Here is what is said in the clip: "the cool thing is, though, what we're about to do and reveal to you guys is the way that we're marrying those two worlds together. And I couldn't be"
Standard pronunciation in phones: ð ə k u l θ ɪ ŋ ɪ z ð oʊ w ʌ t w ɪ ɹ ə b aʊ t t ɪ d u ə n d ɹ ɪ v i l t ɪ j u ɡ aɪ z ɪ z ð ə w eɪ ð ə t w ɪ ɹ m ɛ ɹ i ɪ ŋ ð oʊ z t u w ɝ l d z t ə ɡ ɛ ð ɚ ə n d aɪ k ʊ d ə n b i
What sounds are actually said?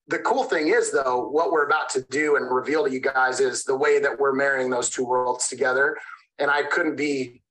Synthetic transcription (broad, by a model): ð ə k u l θ ɪ ŋ ɪ z ð oʊ w ʌ t w ɪ ɹ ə b aʊ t t ɪ d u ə n ɹ ɪ v i l t ɪ j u ɡ aɪ z ɪ z ð ə w eɪ ð ə t w ɪ ɹ m ɛ ɹ i ɪ ŋ ð oʊ z t u w ɝ l d z t ə ɡ ɛ ð ɚ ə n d aɪ k ʊ d n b i